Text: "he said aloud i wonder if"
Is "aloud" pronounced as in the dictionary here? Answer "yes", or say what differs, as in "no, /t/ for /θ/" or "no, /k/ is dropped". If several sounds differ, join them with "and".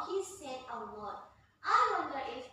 no, /w/ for /l/